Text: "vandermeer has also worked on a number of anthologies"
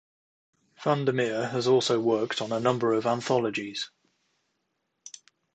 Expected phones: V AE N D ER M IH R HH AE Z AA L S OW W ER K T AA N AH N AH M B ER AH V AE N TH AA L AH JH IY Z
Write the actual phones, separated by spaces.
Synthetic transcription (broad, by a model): F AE N D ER M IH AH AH Z AA L S OW W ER K T N AH N AH M B ER AH V AE N TH AA L AH JH IY Z